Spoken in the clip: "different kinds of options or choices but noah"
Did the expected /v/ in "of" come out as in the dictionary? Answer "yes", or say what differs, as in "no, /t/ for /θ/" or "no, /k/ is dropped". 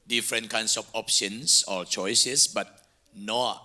no, /f/ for /v/